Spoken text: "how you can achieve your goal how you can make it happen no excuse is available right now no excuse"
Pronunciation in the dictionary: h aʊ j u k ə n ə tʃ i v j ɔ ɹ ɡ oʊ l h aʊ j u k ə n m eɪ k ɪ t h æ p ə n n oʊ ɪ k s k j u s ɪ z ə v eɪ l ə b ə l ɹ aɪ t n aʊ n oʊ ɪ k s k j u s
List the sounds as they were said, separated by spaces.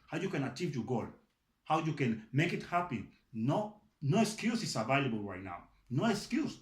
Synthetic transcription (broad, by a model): h aʊ j u k ə n ə tʃ i v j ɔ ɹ ɡ oʊ l h aʊ j u k ə n m eɪ k ɪ t h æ p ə n n oʊ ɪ k s k j u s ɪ s ə v eɪ l ə b ə l ɹ aɪ t n aʊ n oʊ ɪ k s k j u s